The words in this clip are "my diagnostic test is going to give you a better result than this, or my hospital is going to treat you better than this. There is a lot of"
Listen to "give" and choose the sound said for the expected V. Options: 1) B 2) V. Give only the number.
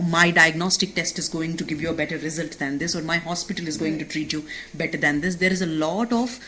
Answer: 2